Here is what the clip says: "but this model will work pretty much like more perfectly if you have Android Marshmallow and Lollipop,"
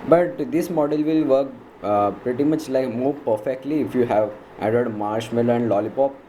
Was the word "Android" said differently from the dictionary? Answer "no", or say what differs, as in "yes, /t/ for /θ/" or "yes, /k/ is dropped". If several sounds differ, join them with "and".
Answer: yes, /n/ is dropped